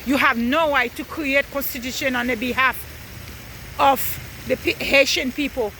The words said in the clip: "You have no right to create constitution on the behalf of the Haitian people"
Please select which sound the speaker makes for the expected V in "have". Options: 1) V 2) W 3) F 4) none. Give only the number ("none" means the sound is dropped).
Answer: 1